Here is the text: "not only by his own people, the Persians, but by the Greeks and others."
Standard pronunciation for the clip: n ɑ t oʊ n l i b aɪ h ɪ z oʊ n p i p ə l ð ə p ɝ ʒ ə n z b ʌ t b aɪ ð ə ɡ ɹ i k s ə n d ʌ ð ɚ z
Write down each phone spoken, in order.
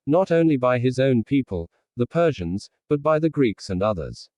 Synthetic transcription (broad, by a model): n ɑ t oʊ n l i b aɪ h ɪ z oʊ n p i p ə l ð ə p ɝ ʒ ə n z b ʌ t b aɪ ð ə ɡ ɹ i k s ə n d ʌ ð ɚ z